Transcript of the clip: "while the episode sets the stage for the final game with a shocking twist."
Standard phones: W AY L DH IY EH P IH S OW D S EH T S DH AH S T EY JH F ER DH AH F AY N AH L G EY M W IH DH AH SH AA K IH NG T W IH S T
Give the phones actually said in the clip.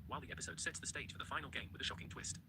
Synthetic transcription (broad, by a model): W AY L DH IY EH P IH S OW D S EH T S DH AH S T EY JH F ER DH AH F AY N AH L G EY M W IH DH AH SH AA K IH NG T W IH S T